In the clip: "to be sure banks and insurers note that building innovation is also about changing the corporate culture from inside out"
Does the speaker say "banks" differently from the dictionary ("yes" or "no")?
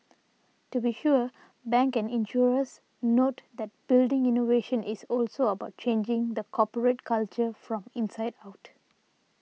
yes